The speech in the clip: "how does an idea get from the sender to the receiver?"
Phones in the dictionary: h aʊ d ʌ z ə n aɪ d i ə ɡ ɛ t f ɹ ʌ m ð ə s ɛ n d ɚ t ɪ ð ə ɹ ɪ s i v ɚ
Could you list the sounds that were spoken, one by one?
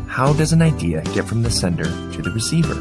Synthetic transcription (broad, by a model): h aʊ d ʌ z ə n aɪ d i ə ɡ ɛ t f ɹ ʌ m ð ə s ɛ n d ɚ t ɪ ð ə ɹ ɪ s i v ɚ